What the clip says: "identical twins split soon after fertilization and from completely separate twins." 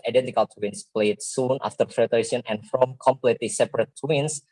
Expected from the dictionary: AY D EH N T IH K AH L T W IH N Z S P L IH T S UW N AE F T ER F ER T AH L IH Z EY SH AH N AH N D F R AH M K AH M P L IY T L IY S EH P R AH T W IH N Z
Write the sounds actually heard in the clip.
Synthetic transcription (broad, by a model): AY D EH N T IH K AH L T W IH N S P L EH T S UW N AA F T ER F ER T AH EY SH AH N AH N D F R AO M K AH M P L IY T L IY S EH P R AH T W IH N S